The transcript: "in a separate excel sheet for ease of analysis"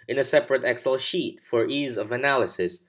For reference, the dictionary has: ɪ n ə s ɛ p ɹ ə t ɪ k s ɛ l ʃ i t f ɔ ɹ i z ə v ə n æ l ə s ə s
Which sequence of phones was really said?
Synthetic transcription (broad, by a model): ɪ n ə s ɛ p ɹ ə t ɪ k s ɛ l ʃ i t f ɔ ɹ i z ə v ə n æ l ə s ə s